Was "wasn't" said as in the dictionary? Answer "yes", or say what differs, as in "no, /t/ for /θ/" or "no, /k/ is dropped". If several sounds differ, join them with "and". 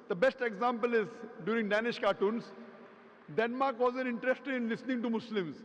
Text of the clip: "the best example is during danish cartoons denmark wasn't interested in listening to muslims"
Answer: no, /t/ is dropped